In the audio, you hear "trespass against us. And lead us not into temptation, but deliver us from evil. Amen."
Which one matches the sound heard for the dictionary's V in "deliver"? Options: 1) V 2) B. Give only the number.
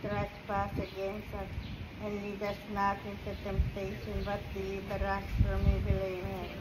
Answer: 2